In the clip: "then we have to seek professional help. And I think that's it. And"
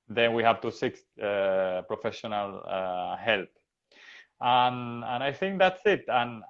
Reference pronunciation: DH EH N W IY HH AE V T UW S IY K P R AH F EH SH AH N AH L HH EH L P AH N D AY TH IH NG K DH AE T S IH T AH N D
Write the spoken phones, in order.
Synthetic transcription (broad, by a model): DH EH N W IY HH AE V T UW S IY K P R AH F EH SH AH N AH L HH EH L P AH N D AY TH IH NG K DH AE T S IH T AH N